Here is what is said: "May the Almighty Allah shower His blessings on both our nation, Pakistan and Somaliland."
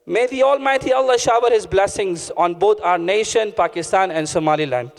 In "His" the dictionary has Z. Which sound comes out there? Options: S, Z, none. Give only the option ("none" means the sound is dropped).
Z